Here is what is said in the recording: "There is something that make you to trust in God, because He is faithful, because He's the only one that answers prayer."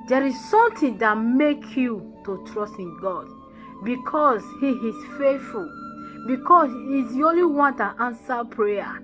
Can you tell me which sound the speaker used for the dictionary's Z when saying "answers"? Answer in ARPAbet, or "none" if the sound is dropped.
none